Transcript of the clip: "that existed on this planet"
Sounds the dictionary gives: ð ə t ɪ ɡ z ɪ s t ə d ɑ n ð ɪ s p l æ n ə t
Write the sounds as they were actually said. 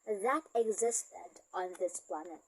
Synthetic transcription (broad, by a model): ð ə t ɪ ɡ z ɪ s t ə d ɑ n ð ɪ s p l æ n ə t